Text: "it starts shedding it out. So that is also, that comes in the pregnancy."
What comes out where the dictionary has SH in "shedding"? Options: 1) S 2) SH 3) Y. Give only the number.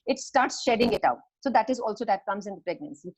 2